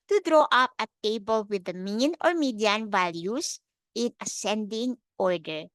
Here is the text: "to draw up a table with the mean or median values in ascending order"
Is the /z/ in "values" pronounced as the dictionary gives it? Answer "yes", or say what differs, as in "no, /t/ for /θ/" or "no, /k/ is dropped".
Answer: no, /s/ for /z/